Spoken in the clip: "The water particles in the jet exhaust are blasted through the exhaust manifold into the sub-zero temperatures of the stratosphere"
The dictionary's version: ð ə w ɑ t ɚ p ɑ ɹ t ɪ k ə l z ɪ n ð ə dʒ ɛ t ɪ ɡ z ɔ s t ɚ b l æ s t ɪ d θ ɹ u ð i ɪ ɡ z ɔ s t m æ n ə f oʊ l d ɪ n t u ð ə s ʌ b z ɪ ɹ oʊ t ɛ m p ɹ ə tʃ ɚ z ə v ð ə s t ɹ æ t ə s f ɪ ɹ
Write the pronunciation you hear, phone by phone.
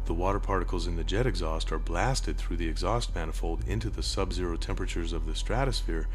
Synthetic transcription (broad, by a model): ð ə w ɑ t ɚ p ɑ ɹ t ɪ k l z ɪ n ð ə dʒ ɛ t ɪ ɡ z ɔ s t ɚ b l æ s t ɪ d θ ɹ u ð i ɪ ɡ z ɔ s t m æ n ə f oʊ l d ɪ n t u ð ə s ʌ b z ɪ ɹ oʊ t ɛ m p ɹ ə tʃ ɚ z ə v ð ə s t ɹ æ t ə s f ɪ ɹ